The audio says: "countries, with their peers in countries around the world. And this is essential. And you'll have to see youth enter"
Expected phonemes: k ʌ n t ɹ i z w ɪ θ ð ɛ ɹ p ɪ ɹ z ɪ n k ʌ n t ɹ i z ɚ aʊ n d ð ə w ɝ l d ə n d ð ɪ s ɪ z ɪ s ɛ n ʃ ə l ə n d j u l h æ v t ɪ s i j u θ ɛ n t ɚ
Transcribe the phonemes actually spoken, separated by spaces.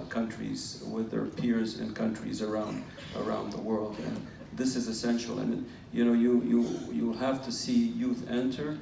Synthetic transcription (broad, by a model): k ʌ n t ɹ i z w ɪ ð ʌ ɹ p ɪ ɹ z ɪ n k ʌ n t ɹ i z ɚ aʊ n d ð ə w ɝ l d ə n ð ɪ s ɪ z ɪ s ɛ n ʃ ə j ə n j j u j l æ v t ɪ s i j u θ ɛ n t ɚ